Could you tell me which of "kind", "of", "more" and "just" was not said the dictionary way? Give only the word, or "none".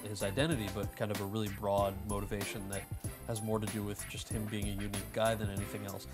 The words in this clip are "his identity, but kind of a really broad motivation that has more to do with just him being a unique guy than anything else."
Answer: none